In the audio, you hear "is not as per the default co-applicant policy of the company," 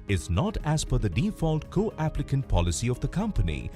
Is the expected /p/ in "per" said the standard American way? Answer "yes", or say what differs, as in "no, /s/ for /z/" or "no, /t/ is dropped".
no, /f/ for /p/